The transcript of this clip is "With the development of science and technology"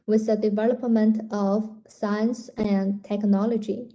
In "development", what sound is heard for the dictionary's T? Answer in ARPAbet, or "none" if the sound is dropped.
T